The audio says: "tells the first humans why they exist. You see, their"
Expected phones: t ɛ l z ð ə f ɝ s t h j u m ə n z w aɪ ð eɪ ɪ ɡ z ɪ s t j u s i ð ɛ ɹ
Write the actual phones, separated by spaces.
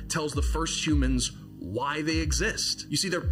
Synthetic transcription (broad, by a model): t ɛ l z ð ə f ɝ s t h j u m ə n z w aɪ ð eɪ ɪ ɡ z ɪ s t j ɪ s i ð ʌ ɹ